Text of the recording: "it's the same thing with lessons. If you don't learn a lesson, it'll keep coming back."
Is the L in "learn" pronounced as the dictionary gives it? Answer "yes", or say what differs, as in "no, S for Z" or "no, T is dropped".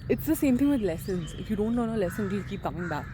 no, N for L